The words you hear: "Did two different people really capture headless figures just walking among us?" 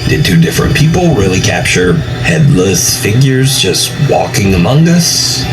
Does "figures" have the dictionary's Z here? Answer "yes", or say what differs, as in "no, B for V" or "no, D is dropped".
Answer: yes